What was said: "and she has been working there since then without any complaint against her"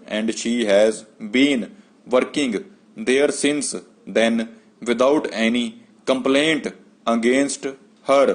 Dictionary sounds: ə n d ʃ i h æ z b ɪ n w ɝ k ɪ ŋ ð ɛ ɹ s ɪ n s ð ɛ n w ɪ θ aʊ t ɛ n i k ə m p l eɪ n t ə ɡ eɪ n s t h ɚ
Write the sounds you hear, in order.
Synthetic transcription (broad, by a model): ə n d ʃ i h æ z b ɪ n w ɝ k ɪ ŋ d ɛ ɹ s ɪ n s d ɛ n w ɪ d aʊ t ɛ n i k ə m p l eɪ n t ə ɡ eɪ n s t h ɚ